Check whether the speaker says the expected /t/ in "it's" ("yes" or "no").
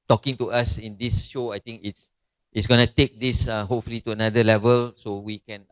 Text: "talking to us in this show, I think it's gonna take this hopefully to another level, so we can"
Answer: yes